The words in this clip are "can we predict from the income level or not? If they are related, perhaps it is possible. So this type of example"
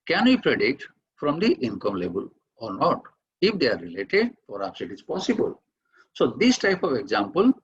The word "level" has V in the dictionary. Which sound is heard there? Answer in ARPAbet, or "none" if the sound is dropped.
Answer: B